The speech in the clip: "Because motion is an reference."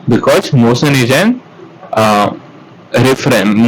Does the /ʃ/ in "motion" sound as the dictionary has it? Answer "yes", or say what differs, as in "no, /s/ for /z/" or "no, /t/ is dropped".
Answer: no, /s/ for /ʃ/